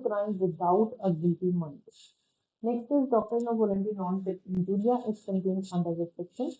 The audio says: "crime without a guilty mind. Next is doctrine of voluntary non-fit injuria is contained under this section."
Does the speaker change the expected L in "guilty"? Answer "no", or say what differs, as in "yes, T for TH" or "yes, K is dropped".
yes, L is dropped